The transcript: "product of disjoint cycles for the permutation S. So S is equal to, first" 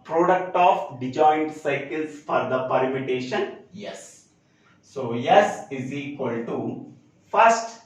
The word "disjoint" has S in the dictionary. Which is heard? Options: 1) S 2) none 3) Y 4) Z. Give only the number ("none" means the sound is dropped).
2